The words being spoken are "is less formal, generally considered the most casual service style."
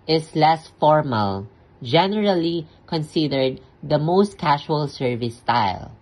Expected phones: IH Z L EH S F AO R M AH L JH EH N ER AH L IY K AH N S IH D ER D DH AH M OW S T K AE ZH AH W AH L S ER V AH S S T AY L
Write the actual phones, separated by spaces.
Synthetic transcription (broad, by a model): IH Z L EH S F AO R M AH L JH EH N ER AH L IY K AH N S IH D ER D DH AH M OW S T K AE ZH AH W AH L S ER V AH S S T AY L